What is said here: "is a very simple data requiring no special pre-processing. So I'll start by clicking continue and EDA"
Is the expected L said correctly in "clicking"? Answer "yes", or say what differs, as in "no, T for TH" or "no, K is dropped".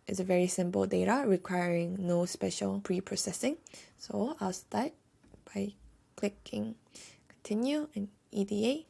yes